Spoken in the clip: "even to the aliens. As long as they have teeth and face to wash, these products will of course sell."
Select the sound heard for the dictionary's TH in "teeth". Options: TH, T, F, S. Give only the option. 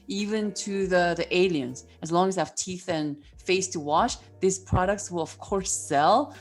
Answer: TH